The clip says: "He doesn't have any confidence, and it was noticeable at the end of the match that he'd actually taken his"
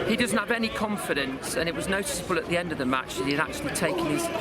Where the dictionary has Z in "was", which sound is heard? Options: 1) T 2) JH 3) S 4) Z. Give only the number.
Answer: 4